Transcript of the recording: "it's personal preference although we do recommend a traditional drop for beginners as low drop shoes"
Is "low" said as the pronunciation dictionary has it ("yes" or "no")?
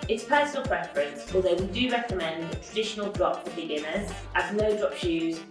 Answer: no